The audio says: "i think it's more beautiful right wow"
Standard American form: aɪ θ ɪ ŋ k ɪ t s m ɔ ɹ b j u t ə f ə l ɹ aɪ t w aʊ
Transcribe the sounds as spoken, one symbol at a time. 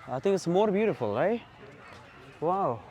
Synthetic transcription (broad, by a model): aɪ θ ɪ ŋ k ɪ t s m ɔ ɹ b j u t ə f ə l ɹ aɪ t w aʊ